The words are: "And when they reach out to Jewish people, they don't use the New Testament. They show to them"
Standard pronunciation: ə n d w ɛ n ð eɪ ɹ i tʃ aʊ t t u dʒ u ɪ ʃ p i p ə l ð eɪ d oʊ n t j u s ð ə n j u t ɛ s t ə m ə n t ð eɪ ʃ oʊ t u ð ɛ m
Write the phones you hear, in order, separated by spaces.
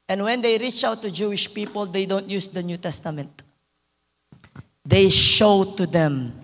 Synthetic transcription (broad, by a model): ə n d w ɛ n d eɪ ɹ i tʃ aʊ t t u dʒ u ɪ ʃ p i p ə l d eɪ d oʊ n t j u s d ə n j u t ɛ s t ə m ə n t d eɪ ʃ oʊ t u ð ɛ m